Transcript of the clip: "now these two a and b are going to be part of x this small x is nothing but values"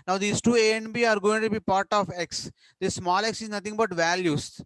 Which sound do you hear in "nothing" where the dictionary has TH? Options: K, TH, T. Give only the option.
T